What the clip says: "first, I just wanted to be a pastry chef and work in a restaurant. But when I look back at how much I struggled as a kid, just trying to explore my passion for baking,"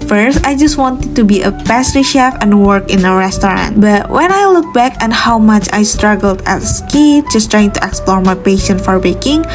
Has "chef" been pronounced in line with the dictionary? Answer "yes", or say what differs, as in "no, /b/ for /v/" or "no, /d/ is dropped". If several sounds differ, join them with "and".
yes